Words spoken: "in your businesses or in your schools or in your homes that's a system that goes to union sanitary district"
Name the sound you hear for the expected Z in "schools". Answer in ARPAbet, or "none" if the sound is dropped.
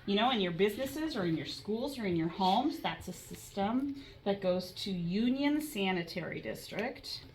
Z